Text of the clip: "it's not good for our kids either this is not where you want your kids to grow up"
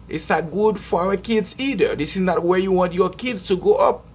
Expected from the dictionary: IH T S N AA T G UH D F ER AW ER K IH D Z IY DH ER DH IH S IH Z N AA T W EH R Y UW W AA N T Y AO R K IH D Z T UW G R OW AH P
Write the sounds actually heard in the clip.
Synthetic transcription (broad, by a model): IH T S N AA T G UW D F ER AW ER K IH D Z IY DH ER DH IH S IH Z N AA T W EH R Y UW W AA N T Y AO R K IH D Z T UW G OW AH P